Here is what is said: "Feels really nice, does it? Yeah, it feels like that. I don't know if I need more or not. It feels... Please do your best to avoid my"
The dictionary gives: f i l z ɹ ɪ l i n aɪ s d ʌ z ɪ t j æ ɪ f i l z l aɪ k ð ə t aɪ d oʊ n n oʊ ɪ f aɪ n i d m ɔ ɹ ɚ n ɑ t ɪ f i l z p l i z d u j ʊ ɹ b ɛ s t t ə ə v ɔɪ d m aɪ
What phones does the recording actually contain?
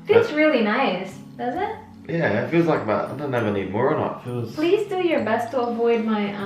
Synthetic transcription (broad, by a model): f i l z ɹ ɪ l i n aɪ s d ʌ z ɪ t j æ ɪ f i l z l aɪ k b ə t aɪ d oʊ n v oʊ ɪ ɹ n i d m ɔ ɹ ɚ n ɑ t f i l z p l i z d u j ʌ ɹ b ɛ s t t ə ə v ɔɪ d m aɪ